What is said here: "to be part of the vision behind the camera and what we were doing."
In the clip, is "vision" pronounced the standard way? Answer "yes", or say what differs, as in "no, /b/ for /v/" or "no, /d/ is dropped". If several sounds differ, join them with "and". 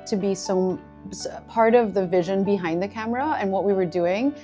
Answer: yes